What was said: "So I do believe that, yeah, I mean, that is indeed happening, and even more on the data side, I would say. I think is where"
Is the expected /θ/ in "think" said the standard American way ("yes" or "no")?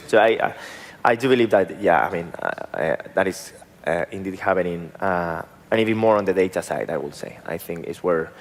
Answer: yes